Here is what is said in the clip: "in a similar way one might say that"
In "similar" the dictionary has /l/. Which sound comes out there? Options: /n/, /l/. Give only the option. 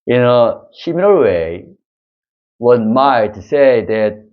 /n/